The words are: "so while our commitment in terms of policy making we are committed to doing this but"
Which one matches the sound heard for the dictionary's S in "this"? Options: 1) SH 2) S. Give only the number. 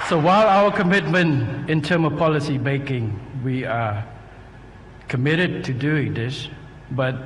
1